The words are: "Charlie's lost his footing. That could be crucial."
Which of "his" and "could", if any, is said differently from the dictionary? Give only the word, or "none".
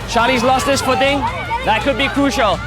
his